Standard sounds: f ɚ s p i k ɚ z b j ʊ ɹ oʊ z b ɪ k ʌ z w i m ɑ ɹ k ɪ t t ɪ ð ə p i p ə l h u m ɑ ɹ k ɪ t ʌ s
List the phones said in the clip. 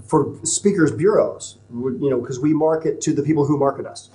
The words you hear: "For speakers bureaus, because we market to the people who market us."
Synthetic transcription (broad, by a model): f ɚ s p i k ɚ z b j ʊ ɹ oʊ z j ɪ k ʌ z w i m ɑ ɹ k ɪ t t ɪ ð ə p i p l h u m ɑ ɹ k ɪ t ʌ s